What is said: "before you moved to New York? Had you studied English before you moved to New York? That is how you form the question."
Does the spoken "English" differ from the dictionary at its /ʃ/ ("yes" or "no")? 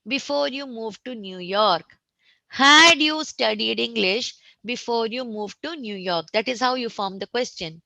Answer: no